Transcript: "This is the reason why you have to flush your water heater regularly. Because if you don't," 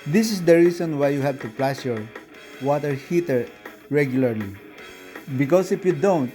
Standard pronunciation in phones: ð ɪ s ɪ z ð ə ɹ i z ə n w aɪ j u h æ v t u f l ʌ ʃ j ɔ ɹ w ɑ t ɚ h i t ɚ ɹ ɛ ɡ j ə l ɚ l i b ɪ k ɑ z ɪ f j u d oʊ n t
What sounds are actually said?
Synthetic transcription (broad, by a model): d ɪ s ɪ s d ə ɹ i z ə n w aɪ j u h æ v t u p l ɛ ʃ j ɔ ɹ w ɑ t ɚ h i t ɚ ɹ ɛ ɡ j ə l ɚ l i b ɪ k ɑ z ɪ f j u d oʊ n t